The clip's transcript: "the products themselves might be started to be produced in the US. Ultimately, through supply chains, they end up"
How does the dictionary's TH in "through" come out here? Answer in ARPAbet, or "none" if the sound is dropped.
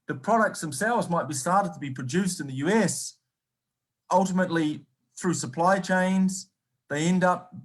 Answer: TH